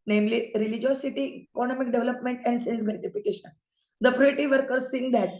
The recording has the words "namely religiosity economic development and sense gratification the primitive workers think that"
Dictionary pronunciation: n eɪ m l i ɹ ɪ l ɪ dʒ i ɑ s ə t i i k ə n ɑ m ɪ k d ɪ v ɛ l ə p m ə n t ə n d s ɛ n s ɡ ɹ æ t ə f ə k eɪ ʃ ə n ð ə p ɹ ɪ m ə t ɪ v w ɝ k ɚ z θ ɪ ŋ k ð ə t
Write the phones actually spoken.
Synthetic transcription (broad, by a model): n eɪ m l i ɹ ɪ l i dʒ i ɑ s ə t i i k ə n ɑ m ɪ k d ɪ v l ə p m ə n t ə n d s ɛ n s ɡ ɛ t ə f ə k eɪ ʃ ə n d ə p ɹ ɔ ə t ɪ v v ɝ k ɚ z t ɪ ŋ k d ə t